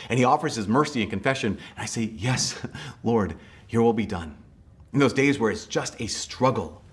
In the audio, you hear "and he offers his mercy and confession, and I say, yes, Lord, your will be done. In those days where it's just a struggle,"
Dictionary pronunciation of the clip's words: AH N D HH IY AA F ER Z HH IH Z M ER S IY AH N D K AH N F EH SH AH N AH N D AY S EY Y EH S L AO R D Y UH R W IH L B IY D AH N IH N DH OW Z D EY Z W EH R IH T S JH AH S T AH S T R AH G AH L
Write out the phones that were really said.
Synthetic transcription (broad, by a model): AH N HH IY AA F ER Z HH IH Z M ER S IY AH N K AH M F EH SH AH N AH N AY S EY Y EH S L AO R D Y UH R W IH L B IY D AH N IH N DH OW Z D EY Z W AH R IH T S JH AH S T AH S T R AH G L